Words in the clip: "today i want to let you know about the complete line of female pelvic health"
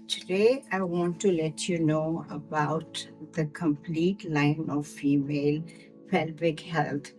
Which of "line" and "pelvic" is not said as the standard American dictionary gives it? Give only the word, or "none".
pelvic